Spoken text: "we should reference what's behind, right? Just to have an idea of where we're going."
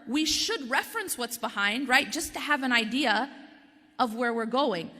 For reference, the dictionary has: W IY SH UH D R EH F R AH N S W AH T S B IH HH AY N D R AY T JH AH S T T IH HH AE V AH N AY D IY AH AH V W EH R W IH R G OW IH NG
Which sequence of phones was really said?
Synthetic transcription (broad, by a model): W IY SH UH D R EH F R AH N S W AH T S B IH HH AY N D R AY T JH AH S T T IH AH V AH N AY D IY AH AH V W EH R W IH R G OW IH NG